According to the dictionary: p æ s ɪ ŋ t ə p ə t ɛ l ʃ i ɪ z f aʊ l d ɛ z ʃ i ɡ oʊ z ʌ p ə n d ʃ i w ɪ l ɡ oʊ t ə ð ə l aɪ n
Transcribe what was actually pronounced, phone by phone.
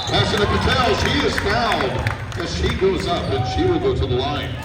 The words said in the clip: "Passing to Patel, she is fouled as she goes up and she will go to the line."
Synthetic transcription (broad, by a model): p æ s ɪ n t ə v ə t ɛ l ʃ i ɪ z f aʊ n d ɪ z ʃ i ɡ oʊ z ʌ p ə n ʃ i w ɪ l ɡ oʊ t ə ð ə l aɪ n